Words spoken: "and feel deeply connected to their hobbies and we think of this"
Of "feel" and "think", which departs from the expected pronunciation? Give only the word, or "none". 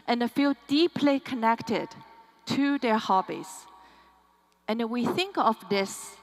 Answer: none